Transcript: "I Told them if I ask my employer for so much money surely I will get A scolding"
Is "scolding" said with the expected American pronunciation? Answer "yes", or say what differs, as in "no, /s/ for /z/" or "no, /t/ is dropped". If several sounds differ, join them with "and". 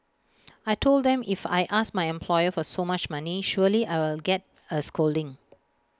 yes